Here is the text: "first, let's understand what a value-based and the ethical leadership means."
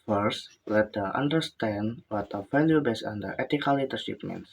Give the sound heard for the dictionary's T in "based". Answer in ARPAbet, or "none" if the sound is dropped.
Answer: none